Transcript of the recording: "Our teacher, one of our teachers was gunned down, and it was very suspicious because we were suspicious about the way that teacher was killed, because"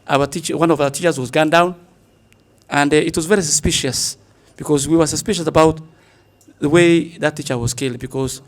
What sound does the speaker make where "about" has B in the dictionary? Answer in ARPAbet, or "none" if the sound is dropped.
B